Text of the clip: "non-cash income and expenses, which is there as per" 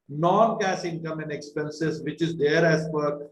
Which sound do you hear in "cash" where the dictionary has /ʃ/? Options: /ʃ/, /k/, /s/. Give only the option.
/s/